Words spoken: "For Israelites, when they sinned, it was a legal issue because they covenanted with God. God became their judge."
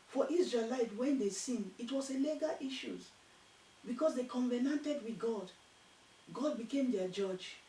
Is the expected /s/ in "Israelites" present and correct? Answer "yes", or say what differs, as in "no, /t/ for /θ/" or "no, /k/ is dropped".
no, /s/ is dropped